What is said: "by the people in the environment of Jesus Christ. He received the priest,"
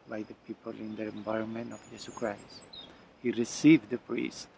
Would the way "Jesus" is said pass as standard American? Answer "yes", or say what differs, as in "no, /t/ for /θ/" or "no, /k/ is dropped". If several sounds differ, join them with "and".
no, /s/ is dropped